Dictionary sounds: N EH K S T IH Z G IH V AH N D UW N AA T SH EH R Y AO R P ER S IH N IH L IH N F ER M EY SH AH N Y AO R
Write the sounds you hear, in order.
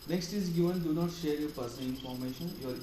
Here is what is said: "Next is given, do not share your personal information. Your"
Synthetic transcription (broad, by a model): N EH K S T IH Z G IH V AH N D UW N AA T SH EH R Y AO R P ER S IH N IH L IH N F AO M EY SH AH N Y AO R